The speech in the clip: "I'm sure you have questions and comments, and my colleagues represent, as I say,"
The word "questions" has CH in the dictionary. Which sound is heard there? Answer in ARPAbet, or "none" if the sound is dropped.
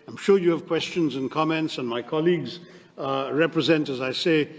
CH